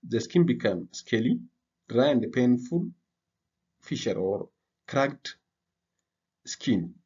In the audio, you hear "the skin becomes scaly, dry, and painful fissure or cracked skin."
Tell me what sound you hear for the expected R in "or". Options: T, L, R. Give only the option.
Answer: R